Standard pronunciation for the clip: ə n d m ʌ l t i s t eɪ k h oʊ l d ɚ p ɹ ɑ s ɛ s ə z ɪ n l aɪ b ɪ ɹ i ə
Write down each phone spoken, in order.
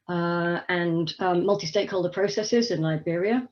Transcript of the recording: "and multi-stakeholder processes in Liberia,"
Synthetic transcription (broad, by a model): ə n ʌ m ʌ l t i s t eɪ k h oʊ l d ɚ p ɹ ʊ s ɛ s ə z ɪ n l aɪ b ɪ ɹ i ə